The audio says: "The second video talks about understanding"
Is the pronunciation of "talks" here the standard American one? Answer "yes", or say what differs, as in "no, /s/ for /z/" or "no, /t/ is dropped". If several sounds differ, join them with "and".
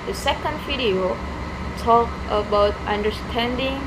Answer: no, /s/ is dropped